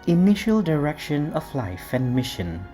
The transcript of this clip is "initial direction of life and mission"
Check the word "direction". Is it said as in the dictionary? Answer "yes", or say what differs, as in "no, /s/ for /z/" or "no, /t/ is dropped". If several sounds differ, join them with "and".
yes